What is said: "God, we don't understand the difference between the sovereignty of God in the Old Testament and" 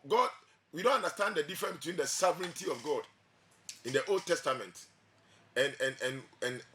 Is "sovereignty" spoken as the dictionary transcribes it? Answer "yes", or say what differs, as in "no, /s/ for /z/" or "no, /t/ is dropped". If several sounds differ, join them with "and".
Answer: yes